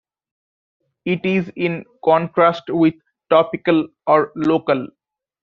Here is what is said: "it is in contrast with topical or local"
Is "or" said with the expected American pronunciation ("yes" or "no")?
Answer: yes